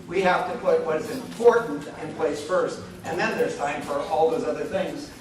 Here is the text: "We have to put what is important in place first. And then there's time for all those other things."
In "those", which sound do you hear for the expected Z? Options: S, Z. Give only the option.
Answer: Z